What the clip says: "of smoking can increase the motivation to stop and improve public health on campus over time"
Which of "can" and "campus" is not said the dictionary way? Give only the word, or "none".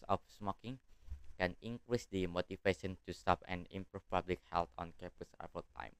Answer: campus